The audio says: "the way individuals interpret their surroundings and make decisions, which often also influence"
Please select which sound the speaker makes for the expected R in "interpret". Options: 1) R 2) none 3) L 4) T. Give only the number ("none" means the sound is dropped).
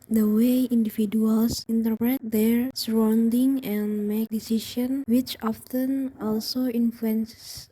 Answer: 1